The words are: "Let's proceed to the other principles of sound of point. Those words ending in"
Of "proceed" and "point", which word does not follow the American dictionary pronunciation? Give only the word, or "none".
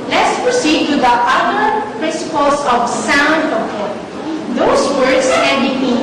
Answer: point